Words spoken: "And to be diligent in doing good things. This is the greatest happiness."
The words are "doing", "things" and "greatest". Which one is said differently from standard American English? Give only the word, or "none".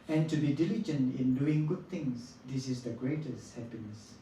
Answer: things